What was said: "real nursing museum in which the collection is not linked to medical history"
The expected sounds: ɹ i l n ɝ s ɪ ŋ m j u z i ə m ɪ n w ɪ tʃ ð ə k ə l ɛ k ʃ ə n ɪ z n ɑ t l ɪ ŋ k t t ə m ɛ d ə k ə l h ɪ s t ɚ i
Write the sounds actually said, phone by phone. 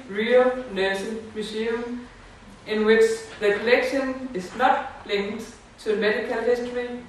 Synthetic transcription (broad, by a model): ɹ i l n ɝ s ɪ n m j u s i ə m ɪ n w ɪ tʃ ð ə k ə l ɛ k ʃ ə n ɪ s n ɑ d l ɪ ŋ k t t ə m ɛ d ə k ə l h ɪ s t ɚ i